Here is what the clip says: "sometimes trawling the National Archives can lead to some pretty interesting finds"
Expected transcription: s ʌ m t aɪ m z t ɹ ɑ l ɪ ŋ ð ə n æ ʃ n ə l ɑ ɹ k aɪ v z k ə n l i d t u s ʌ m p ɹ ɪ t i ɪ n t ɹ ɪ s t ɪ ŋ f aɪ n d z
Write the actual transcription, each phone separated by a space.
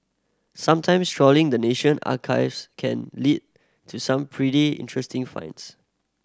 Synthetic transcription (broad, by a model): s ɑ m t aɪ m s t ɹ ɑ l ɪ ŋ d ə n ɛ ʃ ə n ɑ k aɪ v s k ə n l i d t u s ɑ m p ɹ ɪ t i ɪ n t ɹ ɪ s t ɪ ŋ f aɪ n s